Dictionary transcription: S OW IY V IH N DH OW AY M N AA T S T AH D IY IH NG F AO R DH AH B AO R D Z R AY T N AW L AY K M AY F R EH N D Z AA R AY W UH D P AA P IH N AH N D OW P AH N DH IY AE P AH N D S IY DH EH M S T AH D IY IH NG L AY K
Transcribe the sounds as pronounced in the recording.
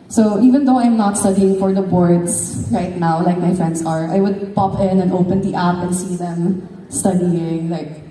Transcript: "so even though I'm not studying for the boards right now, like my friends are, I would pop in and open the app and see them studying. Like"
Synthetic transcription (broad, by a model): S OW IY V IH N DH OW AY M N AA T S T AH D IY IH NG F AO R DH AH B AO R D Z R AY T N AW L AY K M AY F R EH N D S AA R AY W UH D P AA P IH N AH N D OW P AH N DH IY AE P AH N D S IY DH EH M S T AH D IY IH NG L AY K